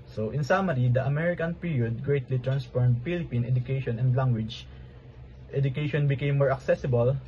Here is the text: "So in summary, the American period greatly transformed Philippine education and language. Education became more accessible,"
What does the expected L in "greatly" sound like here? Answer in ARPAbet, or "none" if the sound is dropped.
L